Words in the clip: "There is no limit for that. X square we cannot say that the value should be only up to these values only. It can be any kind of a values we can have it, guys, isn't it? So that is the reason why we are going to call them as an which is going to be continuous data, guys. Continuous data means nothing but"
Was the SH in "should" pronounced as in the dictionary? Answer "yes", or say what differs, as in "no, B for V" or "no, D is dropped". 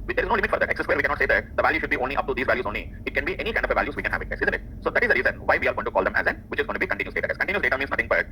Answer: yes